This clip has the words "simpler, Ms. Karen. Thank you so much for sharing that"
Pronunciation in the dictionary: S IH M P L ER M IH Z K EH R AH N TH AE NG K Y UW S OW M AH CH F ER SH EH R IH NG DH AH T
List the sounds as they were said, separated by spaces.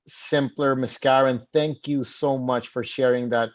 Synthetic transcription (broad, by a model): S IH M P L ER M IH S K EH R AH N TH AE NG K Y UW S OW M AH CH F ER SH EH R IH NG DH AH T